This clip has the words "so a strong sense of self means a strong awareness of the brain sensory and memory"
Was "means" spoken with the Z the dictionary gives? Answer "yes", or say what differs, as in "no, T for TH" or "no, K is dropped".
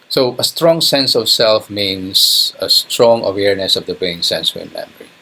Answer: no, S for Z